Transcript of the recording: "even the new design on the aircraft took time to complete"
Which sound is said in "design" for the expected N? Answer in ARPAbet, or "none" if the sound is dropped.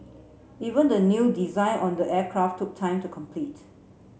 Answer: N